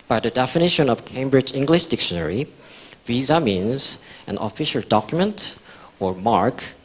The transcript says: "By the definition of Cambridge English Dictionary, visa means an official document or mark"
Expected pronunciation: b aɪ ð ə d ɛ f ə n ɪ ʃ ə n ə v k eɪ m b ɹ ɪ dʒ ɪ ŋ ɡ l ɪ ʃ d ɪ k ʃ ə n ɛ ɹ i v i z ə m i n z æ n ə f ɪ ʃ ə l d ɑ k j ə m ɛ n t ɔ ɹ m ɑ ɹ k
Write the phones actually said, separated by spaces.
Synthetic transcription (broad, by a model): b aɪ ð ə d ɛ f ə n ɪ ʃ ə n ə v k eɪ m b ɹ ɪ dʒ ɪ ŋ ɡ l ɪ ʃ d ɪ k ʃ ə n ɛ ɹ i v i z ə m i n z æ n ə f ɪ ʃ ə l d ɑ k j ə m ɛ n t ɔ ɹ m ɑ ɹ k